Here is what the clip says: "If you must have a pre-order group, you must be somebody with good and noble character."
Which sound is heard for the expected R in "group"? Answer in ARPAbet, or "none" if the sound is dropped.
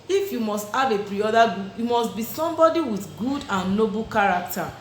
none